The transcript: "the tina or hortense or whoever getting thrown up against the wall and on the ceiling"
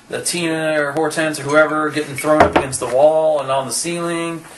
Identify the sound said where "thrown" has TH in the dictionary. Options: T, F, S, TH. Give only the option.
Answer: TH